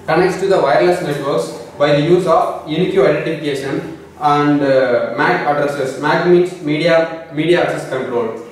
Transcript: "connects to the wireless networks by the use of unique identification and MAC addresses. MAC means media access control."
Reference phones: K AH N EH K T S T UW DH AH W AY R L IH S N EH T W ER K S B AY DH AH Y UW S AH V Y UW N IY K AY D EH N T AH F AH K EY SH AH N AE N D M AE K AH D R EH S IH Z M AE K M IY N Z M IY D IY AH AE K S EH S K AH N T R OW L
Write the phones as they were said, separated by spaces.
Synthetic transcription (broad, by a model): K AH N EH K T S T UW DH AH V AY R L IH S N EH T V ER S B AY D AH Y UW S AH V Y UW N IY K AY D EH N T AH F AH K EY SH AH N AE N D M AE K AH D R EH S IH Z M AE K M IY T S M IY D IY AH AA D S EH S K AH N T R OW L